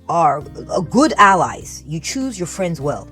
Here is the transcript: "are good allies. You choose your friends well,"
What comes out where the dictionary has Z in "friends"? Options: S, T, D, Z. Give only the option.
Z